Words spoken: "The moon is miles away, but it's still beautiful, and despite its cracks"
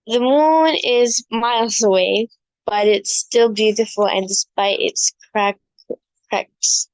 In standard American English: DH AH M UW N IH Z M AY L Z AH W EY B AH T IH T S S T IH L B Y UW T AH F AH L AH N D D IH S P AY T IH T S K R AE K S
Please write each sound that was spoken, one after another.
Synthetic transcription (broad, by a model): DH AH M UW N IH Z M AY L Z AH W EY B AH T IH T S S T IH L B Y UW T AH F L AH N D D IH S P AY T IH T S K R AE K S